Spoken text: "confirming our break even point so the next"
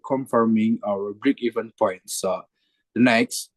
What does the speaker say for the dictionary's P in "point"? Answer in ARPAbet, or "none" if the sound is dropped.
P